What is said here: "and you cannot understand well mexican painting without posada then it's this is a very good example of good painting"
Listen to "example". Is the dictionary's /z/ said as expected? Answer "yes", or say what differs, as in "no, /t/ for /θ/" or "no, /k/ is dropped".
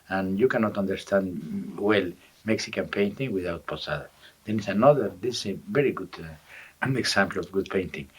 no, /s/ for /z/